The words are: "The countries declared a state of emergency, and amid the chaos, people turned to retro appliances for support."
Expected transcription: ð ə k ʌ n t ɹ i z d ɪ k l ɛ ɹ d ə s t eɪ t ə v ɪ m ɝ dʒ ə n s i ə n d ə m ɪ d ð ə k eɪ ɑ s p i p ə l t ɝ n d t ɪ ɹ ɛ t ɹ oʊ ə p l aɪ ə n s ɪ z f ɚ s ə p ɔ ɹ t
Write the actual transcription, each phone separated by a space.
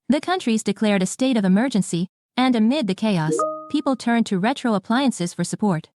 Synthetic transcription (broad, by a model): ð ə k ʌ n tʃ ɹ i z d ɪ k l ɛ ɹ d ə s t eɪ t ə v ɪ m ɝ dʒ ə n s i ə n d ə m ɪ d ð ə k eɪ ɑ s p i p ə l t ɝ n t ɪ ɹ ɛ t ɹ oʊ ə p l aɪ ə n s ɪ z f ɚ s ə p ɔ ɹ t